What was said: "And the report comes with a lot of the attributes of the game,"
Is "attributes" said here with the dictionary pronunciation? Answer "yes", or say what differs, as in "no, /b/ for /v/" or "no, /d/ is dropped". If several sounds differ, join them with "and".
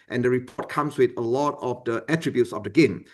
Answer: yes